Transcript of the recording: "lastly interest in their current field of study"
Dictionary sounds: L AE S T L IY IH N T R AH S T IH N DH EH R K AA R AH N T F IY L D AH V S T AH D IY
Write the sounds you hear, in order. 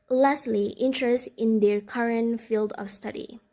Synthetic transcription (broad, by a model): L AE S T L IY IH N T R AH S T IH N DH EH R K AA R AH N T F IY L D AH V S T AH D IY